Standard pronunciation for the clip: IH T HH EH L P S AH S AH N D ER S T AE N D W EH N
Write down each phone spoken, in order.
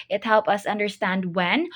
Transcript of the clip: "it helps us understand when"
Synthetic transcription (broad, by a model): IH T HH EH L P AH S AH N D ER S T AE N D W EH N